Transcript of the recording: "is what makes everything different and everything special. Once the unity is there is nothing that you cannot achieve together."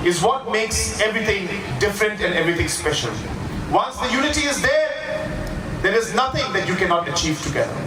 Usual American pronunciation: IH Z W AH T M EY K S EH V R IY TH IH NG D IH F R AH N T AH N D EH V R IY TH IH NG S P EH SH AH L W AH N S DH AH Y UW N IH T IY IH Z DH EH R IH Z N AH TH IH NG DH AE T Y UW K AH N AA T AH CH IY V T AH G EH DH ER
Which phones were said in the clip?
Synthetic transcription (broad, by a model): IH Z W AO T M EY K S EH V R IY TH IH NG D IH F R AH N T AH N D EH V R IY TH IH NG S P EH SH AH L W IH L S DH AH Y UW N IH T IY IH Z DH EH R IH Z N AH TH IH NG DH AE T Y UW K AH N AA T AH CH IY V T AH G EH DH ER